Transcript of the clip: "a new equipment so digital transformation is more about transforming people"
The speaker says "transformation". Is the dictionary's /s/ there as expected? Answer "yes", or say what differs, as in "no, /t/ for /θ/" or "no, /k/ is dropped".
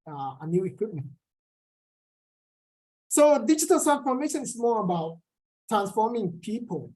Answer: no, /s/ is dropped